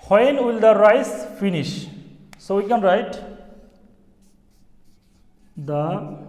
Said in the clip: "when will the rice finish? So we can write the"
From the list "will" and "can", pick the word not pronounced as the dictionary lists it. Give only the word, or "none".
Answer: none